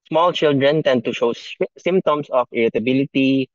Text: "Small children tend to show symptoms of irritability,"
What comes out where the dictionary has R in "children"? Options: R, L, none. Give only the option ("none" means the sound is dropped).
R